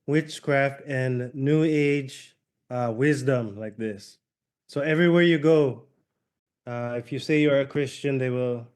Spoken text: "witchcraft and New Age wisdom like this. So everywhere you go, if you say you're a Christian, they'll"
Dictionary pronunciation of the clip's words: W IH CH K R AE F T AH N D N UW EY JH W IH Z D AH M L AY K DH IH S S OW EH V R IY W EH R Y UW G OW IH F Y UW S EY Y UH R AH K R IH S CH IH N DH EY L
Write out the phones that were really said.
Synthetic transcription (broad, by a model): W IH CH K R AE F T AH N N UW EY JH W IH Z D AH M L AY K DH IH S S OW EH V R IY W EH R Y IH G OW IH F Y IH S EY Y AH R AH K R IH S CH IH N DH EY L